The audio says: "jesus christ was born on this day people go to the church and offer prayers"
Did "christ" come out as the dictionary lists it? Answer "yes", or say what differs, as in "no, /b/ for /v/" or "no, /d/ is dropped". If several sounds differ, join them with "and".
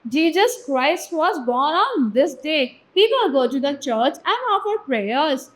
yes